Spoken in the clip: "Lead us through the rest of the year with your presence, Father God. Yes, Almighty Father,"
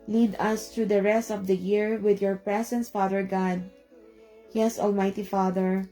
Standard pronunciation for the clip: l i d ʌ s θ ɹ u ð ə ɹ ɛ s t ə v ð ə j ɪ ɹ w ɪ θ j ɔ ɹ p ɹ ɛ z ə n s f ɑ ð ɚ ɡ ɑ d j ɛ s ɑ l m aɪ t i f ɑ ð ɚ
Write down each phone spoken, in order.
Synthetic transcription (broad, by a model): l i d ʌ s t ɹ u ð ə ɹ ɛ s t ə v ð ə j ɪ ɹ w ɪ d j ɔ ɹ p ɹ ɛ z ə n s f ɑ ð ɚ ɡ ɑ d j ɛ s ɑ l m aɪ t i f ɑ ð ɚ